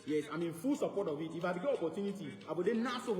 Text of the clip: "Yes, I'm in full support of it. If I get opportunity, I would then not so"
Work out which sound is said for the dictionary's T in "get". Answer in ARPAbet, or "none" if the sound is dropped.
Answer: none